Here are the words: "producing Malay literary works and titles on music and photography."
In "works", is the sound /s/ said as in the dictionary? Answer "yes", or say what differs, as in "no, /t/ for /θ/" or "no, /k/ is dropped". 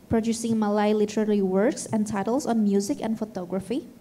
yes